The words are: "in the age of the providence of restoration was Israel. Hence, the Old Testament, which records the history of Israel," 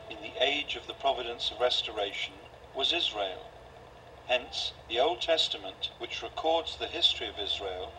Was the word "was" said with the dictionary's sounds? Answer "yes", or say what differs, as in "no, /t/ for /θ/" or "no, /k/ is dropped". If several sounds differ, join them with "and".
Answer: yes